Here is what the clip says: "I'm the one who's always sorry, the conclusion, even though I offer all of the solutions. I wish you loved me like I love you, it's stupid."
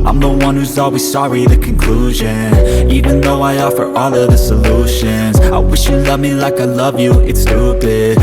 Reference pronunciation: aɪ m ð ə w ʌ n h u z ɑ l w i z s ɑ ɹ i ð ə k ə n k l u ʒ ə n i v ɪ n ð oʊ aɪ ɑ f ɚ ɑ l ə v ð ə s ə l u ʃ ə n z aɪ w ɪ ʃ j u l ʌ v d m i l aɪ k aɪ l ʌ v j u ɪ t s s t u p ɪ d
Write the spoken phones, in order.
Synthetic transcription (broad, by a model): aɪ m ð ə w ʌ n h u z ɑ l w i z s ɑ ɹ i ð ə k ə n k l u ʒ ə n i v ɪ n ð oʊ aɪ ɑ f ɚ ɑ l ə v ð ə s ə l u ʃ ə n z aɪ w ɪ ʃ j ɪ l ʌ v m i l aɪ k aɪ l ʌ v j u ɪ t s s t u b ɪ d